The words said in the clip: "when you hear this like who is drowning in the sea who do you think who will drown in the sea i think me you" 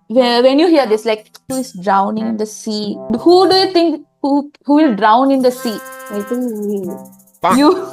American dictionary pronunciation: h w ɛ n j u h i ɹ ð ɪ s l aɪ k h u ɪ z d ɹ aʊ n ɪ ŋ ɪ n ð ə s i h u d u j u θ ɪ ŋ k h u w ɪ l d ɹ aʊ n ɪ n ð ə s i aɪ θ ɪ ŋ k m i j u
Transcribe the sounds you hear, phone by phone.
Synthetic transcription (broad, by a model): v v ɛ n j u h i ɹ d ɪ s l aɪ k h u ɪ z d ɹ aʊ n ɪ ŋ ɪ n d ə s i h u d u j u t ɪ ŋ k h u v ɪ l d ɹ aʊ n ɪ n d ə s i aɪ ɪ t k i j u